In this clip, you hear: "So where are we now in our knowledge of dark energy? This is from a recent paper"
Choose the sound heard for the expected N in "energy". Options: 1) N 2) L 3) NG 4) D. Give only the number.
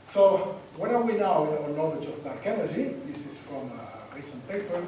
2